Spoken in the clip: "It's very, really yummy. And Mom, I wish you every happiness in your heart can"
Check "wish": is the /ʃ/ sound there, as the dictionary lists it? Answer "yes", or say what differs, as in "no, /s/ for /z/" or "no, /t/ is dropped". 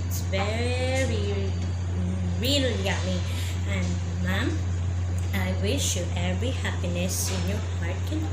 yes